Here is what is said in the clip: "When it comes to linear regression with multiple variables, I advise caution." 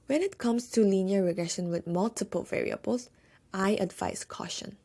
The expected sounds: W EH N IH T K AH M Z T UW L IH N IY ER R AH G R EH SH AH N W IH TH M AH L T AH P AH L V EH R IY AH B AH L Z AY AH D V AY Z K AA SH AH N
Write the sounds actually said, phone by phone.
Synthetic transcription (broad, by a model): W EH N IH T K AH M S T UW L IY N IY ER R AH G R EH SH AH N W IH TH M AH L T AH P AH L V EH R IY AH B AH L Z AY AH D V AY S K AA SH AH N